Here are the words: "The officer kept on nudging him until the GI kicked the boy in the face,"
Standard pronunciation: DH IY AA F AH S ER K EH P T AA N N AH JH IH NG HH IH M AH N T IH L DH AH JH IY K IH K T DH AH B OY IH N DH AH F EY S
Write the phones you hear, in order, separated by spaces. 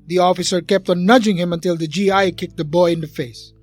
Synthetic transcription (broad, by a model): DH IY AA F AH S ER K EH P T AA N N AH JH IH NG HH IH M AH N T IH L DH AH JH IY K IH K T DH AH B OY IH N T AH F EY S